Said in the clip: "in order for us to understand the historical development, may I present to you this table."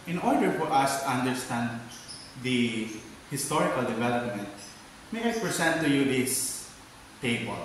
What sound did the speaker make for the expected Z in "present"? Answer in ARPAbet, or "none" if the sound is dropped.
S